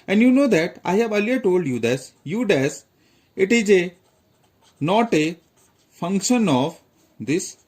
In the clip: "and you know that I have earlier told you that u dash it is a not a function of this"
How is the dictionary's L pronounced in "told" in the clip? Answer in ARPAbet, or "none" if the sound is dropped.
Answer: L